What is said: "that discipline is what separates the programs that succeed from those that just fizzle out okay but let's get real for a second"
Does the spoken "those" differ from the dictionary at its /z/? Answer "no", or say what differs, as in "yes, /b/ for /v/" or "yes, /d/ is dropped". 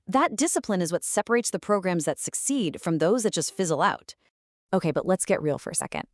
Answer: no